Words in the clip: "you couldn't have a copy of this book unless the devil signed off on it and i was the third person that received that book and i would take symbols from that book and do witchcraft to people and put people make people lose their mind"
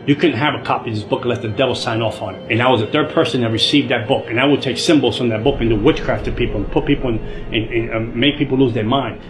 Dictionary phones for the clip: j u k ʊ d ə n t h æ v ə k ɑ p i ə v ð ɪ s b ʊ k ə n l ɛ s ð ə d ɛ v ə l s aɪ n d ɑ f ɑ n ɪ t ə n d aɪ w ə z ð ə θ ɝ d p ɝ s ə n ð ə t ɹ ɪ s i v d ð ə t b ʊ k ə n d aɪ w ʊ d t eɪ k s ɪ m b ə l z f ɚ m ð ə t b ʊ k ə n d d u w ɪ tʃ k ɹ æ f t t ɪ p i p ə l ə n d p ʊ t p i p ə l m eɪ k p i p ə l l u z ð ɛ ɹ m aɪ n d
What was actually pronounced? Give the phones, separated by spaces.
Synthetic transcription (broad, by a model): j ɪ k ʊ d n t h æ v ə k ɑ p i ð ɪ s b ʊ k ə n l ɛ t ð ə d ɛ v l s aɪ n ɑ f n ɪ t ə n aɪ w ə z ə θ ɝ d p ɝ s ə n ð ə t ɹ ɪ s i v d ð ə t b ʊ k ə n aɪ w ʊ d t eɪ k s ɪ m b l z f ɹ ð ə t b ʊ k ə n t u w ɪ tʃ k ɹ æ f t t ɪ p i p l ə n p ʊ t p i p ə n m eɪ k p i p l l u z ð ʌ ɹ m aɪ n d